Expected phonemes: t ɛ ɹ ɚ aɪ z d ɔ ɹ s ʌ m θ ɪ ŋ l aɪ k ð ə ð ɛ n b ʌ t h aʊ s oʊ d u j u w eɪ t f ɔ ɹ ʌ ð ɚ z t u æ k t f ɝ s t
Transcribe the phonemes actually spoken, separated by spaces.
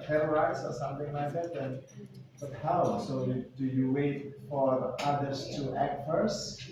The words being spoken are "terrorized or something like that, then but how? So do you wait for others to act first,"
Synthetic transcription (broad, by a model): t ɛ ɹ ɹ aɪ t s ɔ ɹ s ʌ m θ ɪ ŋ l aɪ k ð ə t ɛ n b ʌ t h aʊ s oʊ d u j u w eɪ t f ɔ ɹ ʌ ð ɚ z t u æ k t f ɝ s